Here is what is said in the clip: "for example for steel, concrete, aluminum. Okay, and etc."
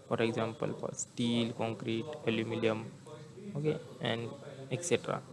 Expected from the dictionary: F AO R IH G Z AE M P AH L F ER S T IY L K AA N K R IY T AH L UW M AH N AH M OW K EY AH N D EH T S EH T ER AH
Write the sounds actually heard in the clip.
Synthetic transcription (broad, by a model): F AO R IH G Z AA M P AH L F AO S T IY L K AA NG K R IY T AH L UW M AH L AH M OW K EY AH N D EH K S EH T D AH